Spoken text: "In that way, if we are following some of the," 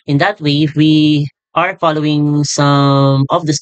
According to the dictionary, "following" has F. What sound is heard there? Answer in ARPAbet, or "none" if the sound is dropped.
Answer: F